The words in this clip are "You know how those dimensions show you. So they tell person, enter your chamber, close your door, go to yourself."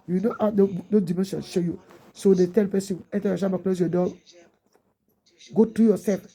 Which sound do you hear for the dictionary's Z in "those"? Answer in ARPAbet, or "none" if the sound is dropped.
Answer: none